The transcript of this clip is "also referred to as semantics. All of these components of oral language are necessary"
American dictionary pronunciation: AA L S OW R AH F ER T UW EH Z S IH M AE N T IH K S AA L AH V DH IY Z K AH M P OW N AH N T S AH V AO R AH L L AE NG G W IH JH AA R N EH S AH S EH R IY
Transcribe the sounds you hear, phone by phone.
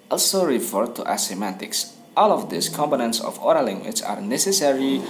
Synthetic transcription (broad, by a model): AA L S OW R AH F ER T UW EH S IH M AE T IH K S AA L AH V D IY S K AH M P OW N AH N T S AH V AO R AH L L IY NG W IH CH AA R N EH S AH S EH R IY